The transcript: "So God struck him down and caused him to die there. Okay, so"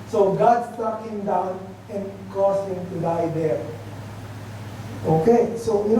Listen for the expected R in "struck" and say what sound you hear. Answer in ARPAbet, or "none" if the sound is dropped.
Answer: none